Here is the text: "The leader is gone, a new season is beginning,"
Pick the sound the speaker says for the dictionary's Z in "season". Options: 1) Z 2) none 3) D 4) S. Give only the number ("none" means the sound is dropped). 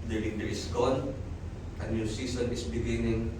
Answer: 4